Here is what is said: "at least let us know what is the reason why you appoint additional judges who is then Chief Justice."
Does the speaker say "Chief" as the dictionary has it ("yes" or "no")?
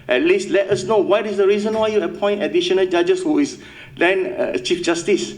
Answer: yes